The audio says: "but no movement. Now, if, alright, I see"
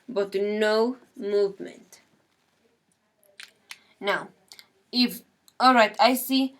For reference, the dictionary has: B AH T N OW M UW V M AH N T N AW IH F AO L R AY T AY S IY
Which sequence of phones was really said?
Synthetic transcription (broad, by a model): B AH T N OW M UW V M AH N T N AW IH F AO L R AY T AY S IY